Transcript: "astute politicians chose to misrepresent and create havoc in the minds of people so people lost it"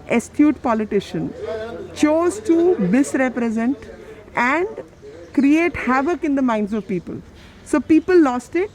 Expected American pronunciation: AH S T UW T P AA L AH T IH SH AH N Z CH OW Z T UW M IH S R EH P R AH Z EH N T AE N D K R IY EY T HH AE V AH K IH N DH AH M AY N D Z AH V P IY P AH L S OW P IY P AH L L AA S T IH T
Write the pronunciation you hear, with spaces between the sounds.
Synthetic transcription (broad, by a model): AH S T UW T P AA L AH T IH SH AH N CH OW Z T UW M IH S R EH P R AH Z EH N T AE N D K R IY EY T HH AE V AH K IH N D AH M AY N D Z AH V P IY P AH L S OW P IY P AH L L AA S T IH T